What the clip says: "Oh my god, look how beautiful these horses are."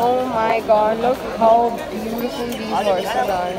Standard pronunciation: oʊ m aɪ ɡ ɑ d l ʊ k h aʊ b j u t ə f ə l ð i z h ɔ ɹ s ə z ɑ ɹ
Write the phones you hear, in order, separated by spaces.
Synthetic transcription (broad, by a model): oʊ m aɪ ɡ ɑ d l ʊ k h aʊ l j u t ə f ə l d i h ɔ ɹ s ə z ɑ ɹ